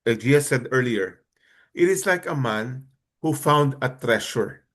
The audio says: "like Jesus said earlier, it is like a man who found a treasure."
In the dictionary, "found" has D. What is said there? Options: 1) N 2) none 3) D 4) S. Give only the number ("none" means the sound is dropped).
3